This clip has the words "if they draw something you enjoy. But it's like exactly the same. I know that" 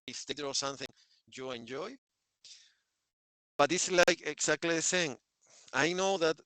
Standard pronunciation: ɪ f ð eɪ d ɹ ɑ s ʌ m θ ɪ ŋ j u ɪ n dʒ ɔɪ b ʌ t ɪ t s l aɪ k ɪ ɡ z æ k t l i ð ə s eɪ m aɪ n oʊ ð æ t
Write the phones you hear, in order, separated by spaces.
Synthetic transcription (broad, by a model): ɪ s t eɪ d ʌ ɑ s ʌ m θ ɪ ŋ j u ɪ n dʒ ɔɪ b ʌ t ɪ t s l aɪ k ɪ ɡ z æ k t l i ð ə s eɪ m aɪ n oʊ ð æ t